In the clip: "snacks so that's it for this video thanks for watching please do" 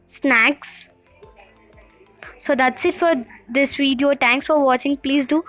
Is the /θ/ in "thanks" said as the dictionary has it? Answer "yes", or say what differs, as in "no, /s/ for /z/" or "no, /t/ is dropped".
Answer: no, /t/ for /θ/